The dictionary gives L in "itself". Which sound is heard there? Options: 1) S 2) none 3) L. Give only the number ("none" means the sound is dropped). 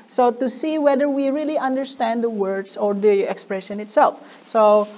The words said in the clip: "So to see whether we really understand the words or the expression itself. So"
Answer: 3